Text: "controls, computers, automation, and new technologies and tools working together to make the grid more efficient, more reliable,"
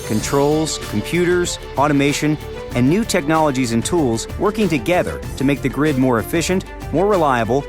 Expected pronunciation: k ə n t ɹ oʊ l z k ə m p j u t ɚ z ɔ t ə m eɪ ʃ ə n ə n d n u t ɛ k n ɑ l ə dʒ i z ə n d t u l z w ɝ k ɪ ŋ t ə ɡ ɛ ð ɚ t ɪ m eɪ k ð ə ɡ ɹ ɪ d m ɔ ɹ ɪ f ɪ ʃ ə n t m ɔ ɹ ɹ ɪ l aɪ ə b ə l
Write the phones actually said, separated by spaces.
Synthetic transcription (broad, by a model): k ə n t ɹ oʊ l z k m p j u t ɚ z ɔ t ə m eɪ ʃ ə n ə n n u t ɛ k n ɑ l ə dʒ i z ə n t u l z w ɝ k ɪ ŋ t ə ɡ ɛ ð ɚ t ɪ m eɪ k ð ə ɡ ɹ ɪ d m ɔ ɹ ɪ f ɪ ʃ ə n t m ɔ ɹ ɹ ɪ l aɪ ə b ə l